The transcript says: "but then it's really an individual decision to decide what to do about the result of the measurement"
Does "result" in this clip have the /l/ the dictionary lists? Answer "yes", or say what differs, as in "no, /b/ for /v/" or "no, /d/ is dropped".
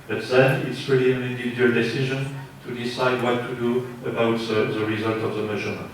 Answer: yes